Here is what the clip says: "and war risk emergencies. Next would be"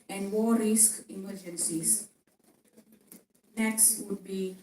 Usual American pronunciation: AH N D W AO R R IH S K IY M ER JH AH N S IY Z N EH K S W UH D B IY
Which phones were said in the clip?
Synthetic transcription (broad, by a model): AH N D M AO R R IH S K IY M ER JH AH N S IY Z N EH K S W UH D B IY